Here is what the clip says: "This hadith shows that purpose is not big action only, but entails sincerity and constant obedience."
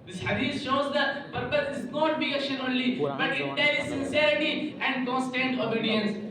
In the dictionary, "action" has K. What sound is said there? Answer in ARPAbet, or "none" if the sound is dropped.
none